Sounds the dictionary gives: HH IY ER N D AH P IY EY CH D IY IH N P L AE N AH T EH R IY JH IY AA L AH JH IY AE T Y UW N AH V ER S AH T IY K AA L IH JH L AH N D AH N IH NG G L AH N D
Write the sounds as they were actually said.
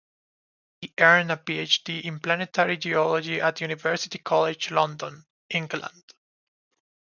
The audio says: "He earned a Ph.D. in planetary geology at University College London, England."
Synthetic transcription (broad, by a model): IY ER N AH P IY EY CH D IY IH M P L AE N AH T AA R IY JH IY AA L AH JH IY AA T Y UW N AH V ER S AH T IY K AA L IH JH L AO N D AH N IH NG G L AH N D